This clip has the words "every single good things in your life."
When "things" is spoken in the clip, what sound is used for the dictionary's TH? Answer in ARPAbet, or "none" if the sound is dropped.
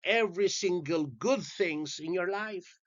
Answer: TH